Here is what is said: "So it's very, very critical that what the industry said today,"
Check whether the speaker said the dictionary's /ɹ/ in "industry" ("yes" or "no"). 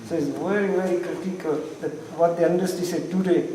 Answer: no